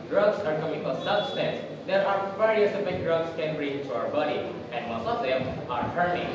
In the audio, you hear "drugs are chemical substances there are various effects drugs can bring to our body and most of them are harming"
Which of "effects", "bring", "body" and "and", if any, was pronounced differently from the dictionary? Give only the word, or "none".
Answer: effects